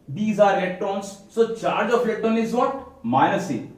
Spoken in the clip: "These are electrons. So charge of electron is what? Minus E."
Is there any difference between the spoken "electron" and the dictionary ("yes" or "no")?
yes